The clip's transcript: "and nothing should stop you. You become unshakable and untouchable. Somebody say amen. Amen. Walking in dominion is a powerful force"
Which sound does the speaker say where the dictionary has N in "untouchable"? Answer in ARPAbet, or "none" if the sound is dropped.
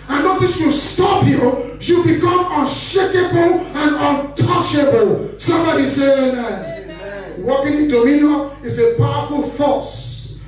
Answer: N